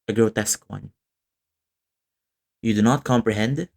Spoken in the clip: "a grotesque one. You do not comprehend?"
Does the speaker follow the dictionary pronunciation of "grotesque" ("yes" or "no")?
yes